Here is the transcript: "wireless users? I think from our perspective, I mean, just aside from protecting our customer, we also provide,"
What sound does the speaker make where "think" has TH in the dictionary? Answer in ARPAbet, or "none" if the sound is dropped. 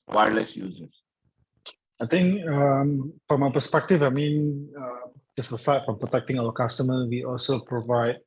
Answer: T